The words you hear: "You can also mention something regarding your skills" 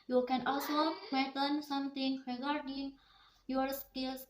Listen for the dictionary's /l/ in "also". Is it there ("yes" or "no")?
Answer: yes